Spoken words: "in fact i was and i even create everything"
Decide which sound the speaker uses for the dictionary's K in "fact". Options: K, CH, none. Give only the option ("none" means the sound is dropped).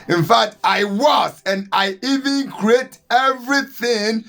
K